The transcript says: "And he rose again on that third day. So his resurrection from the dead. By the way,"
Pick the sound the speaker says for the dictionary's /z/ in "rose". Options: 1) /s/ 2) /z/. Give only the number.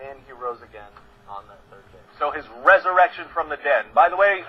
2